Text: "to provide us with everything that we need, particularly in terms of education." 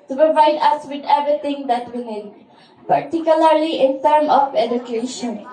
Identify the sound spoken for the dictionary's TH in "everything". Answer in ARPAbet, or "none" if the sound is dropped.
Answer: T